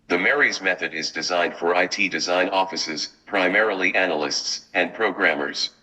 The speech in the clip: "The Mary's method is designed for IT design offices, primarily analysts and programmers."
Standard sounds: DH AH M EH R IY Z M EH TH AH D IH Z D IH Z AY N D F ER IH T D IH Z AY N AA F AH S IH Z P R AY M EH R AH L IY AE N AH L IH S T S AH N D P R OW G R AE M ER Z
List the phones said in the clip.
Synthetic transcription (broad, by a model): DH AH M EH R IY Z M EH TH AH D IH Z D IH Z AY N D F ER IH T D IH Z AY N AA F AH S IH Z P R AY M EH R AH L IY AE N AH L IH S T S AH N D P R OW G R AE M ER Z